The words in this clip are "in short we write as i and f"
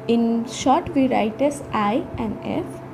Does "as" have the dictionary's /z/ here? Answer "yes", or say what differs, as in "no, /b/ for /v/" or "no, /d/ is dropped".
no, /s/ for /z/